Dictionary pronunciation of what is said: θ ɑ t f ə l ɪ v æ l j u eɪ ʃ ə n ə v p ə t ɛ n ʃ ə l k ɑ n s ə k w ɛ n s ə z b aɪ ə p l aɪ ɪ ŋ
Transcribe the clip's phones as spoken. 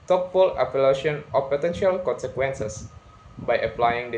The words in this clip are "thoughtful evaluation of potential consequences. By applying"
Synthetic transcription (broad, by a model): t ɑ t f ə l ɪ p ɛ l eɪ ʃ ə n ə p ə t ɛ n ʃ ə l k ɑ n s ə k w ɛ n s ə s b aɪ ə p l aɪ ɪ ŋ